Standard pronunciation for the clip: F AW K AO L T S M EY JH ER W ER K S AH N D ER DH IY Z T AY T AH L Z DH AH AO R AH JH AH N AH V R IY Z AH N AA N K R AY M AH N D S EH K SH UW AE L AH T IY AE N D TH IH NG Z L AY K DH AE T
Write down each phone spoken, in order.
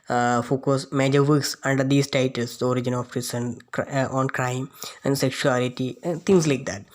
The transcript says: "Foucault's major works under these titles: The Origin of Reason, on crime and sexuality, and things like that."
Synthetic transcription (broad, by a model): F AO K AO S M EY JH ER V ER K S AH N D ER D IY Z T AY T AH L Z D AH AO R AH JH AH N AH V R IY S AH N AA N K R AY M AH N D S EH K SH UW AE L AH T IY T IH NG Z L AY K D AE T